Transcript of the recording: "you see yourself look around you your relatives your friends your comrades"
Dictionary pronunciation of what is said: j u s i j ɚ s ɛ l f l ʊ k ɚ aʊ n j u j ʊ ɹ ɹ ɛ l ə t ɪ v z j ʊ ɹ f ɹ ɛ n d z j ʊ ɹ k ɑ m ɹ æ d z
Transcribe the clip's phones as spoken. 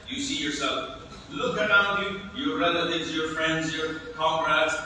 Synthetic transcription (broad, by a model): j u s i j ɚ s ɛ l f l ʊ k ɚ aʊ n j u j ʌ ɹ ɹ ɛ l ə t ɪ v z j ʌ ɹ f ɹ ɛ n d z j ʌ ɹ k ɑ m ɹ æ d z